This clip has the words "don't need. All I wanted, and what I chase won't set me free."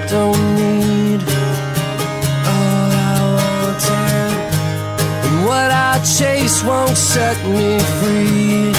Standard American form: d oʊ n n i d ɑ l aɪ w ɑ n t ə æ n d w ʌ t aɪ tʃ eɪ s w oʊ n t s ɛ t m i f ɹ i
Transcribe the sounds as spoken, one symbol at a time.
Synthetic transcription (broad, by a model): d oʊ n n i d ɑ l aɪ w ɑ t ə w ʌ t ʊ tʃ eɪ s w oʊ n t s ɛ t m i f ɹ i